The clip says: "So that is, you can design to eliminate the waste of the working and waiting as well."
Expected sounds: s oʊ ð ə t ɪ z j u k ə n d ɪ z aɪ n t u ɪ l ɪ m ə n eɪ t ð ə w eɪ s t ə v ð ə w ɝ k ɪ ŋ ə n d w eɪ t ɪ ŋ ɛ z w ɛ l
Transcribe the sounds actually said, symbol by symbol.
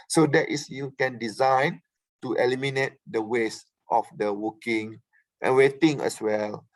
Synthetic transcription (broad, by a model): s oʊ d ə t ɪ s j u k ə n d ɪ z aɪ n t u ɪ l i m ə n eɪ t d ə w eɪ s t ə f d ə w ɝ k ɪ ŋ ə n w eɪ t ɪ ŋ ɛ s w ɛ l